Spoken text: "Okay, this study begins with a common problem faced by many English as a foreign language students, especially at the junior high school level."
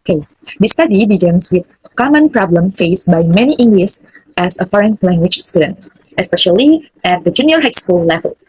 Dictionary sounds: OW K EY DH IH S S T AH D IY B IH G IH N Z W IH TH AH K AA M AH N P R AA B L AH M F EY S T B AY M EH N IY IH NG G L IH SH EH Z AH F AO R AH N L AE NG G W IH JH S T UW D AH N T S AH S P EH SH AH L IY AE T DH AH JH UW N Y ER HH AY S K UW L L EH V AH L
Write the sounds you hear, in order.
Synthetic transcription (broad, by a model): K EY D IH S S T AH D IY B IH G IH N S W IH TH AH K AA M AH N P R AA B L AH M F EY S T B AY M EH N IY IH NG G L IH S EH S AH F AO R AH N L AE NG G W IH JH S T UW D AH N T S AH S P EH SH AH L IY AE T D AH JH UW N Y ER HH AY S K UW L L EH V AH L